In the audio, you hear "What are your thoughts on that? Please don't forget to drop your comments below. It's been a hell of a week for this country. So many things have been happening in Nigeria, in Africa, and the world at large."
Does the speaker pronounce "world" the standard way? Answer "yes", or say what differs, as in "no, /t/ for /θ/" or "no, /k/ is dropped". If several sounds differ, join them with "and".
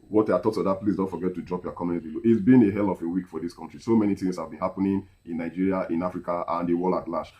no, /d/ is dropped